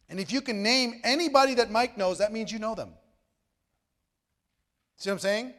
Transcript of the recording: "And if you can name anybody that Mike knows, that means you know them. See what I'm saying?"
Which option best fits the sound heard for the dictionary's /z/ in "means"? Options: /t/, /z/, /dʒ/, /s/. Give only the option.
/z/